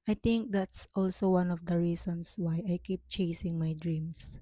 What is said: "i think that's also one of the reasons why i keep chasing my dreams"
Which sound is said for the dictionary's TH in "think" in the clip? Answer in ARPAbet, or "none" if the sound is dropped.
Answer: T